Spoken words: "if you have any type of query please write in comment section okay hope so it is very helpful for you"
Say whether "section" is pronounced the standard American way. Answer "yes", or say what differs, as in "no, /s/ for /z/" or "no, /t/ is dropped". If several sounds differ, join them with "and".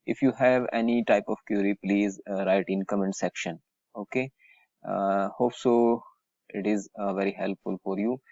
yes